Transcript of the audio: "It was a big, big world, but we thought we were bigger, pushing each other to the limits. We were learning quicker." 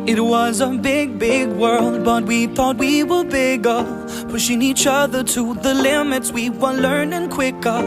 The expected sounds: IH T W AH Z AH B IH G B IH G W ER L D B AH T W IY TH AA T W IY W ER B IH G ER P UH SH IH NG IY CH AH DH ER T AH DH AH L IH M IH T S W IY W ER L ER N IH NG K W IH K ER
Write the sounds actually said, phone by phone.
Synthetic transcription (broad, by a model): IH T W AH Z AH B IH G B IH G W ER L D B AH T W IY TH AA T W IY W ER B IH G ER F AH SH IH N IY CH AH DH ER T AH DH AH L IH M IH T S W IY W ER L ER N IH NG K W IH K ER